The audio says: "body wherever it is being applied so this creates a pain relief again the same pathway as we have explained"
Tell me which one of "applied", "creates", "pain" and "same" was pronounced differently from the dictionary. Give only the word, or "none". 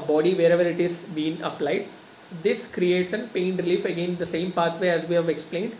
none